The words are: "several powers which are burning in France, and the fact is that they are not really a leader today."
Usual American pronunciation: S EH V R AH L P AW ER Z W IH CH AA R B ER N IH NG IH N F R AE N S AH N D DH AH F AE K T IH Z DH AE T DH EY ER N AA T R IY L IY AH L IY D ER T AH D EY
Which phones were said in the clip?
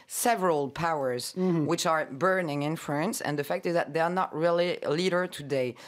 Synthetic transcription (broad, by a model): S EH V R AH L P AW ER Z W IH CH AA R B ER N IH NG IH N F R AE N S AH N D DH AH F AE K T IH Z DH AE T DH EY ER N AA T R IY L IY L IY D ER T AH D EY